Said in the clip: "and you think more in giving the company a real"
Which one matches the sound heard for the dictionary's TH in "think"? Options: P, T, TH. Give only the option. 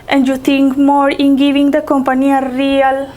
T